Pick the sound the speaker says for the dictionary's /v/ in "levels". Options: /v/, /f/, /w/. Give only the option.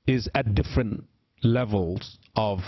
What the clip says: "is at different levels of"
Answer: /v/